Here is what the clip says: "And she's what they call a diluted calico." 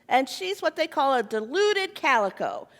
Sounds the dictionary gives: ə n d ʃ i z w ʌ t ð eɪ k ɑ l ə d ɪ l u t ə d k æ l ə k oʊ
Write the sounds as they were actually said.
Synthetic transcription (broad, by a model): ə n ʃ i z w ʌ t ð eɪ k ɑ l ə d ɪ l u t ə d k æ l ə k oʊ